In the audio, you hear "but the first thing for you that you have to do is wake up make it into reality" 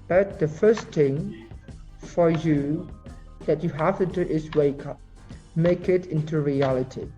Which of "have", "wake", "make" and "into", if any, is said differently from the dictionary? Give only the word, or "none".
have